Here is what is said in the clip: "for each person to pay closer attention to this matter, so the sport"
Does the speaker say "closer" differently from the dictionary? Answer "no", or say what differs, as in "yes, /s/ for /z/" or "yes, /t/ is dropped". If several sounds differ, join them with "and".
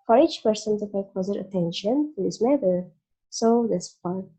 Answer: yes, /l/ is dropped